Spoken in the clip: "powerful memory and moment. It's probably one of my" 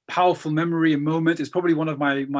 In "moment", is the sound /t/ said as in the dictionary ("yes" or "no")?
yes